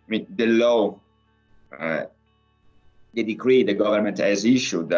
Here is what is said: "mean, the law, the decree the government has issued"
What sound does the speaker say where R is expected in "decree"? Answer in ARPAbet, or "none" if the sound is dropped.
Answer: R